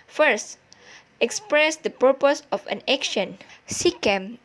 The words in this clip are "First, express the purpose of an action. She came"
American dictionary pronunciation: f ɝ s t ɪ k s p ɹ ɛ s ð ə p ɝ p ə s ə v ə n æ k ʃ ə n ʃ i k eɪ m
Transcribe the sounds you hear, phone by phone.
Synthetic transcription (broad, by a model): f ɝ s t ɪ k s p ɹ ɛ s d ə p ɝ p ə s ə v ə n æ k ʃ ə n s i k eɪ m